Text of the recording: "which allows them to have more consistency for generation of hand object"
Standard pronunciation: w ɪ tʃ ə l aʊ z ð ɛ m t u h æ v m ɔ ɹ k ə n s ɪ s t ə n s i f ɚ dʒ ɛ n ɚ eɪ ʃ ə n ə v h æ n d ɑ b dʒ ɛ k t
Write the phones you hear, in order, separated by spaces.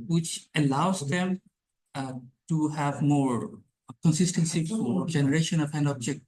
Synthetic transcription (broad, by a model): w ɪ tʃ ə l aʊ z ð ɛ m t u h æ v m ɔ ɹ k ə n s ɪ s t ə n s i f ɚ dʒ ɛ n ɚ eɪ ʃ ə n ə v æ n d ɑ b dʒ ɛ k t